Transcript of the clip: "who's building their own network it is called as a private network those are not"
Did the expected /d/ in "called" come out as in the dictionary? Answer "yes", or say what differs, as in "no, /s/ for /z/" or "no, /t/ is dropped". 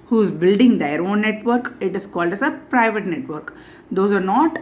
yes